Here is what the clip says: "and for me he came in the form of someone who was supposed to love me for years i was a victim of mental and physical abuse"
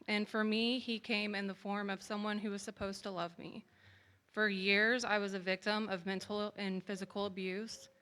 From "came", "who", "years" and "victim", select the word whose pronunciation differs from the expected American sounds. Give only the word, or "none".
none